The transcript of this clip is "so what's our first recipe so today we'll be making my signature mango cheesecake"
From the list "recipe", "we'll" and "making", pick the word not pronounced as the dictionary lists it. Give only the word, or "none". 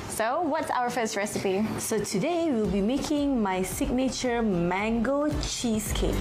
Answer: none